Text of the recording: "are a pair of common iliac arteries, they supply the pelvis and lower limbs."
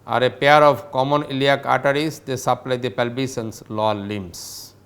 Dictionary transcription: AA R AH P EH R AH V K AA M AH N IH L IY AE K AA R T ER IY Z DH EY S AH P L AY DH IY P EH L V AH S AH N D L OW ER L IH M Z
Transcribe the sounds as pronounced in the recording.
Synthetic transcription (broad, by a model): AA R AH P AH R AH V K AA M AH N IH L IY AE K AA T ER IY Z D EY S AH P L AY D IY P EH L B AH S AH N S L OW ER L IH M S